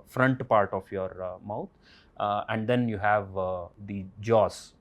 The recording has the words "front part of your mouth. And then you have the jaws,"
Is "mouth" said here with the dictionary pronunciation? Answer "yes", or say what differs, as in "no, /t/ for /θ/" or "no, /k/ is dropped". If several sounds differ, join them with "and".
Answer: no, /t/ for /θ/